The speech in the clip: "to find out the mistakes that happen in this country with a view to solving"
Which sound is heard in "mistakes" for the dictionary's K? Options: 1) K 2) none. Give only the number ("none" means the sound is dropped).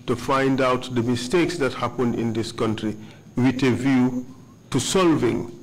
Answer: 1